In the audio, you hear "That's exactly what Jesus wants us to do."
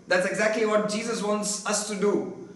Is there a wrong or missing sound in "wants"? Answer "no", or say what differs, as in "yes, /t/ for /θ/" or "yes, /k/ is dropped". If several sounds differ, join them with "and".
no